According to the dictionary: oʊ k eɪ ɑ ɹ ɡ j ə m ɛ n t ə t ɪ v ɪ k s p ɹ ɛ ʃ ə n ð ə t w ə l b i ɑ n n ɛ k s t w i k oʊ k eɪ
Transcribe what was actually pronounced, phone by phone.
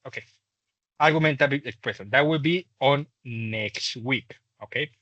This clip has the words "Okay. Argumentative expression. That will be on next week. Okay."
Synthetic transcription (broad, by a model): oʊ k eɪ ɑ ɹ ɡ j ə m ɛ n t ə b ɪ ɪ k s p ɹ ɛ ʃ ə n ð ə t w ə l b i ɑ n n ɛ k s t w i k oʊ k eɪ